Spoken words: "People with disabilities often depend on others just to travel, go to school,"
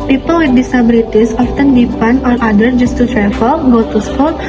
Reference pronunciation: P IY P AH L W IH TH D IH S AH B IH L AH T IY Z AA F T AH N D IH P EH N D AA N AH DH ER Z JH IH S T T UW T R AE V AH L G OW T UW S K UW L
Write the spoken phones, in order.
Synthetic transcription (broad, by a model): P IY P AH L W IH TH D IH S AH B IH L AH T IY S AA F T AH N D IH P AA N AA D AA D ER JH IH S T T UW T R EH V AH L G OW T UW S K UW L